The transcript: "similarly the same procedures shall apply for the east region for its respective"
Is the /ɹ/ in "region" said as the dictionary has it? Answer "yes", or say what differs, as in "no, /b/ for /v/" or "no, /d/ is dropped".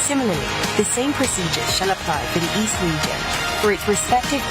no, /l/ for /ɹ/